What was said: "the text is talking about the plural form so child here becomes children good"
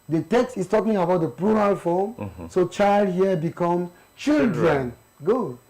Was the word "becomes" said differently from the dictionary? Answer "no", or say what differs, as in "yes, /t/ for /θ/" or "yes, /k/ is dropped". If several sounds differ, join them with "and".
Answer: yes, /z/ is dropped